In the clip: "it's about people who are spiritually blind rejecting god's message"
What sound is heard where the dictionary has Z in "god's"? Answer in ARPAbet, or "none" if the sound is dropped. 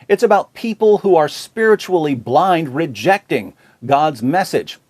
Z